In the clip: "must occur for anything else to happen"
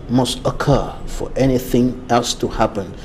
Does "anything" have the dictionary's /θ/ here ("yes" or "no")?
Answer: yes